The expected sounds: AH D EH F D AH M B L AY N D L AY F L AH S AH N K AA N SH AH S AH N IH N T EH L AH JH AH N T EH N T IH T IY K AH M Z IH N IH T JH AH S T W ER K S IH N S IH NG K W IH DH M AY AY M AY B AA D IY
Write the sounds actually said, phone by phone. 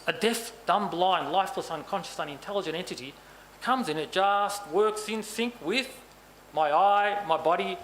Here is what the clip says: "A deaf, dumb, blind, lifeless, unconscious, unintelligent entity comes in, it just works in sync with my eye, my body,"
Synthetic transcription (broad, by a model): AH D EH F D AH M B L AY N L AY F L AH S AH N K AA N SH AH S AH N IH N T EH L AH JH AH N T EH N T IH T IY K AH M Z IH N IH T JH AH S T W ER K S IH N S IH NG K W IH DH M AY AY M AY B AA D IY